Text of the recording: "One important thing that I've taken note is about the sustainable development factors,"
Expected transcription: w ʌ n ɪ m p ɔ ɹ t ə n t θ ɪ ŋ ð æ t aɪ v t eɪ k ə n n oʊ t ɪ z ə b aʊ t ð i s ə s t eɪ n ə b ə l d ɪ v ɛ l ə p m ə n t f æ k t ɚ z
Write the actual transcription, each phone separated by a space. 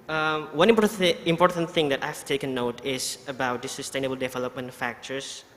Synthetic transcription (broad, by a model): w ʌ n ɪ m p ɔ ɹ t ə n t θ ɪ ŋ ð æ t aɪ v t eɪ k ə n n oʊ t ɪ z ə b aʊ t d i s ə s t eɪ n ə b ə l d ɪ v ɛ l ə p m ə n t f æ k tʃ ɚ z